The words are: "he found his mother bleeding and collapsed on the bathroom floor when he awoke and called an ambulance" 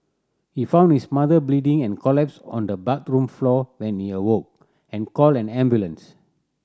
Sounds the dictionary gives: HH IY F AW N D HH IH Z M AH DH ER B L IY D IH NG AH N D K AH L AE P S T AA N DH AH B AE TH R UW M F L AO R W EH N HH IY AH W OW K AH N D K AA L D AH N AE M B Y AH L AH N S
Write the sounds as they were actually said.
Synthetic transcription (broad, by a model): HH IY F AW N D HH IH S M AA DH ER B L IY D IH NG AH N K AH L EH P S AA N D AH B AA T R UW M F L AO W EH N HH IY AH W OW K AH N K AA L AH N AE M B Y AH L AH N S